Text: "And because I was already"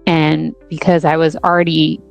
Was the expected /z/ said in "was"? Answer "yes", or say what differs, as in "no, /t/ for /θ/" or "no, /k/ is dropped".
yes